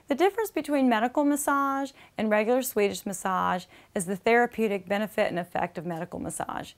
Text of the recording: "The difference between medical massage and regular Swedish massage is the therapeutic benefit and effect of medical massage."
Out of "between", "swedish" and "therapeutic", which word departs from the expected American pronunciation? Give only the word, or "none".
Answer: none